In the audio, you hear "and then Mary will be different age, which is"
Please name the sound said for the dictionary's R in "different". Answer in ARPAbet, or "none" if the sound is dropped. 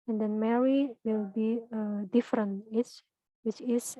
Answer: R